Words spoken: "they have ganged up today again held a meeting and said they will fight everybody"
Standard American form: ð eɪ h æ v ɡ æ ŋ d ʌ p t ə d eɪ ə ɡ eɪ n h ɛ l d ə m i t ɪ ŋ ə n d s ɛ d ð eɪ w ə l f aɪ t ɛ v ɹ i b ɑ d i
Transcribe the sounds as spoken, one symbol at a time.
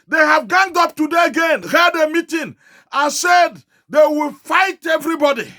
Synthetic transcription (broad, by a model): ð eɪ h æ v ɡ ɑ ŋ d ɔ p t ə d eɪ ə ɡ eɪ n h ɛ d ə m i t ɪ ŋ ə n s ɛ d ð eɪ w ə l f aɪ t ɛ v ɹ i b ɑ d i